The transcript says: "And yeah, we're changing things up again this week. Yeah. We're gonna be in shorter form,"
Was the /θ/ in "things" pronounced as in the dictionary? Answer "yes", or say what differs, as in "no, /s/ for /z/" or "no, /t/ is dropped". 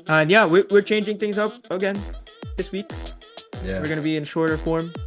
yes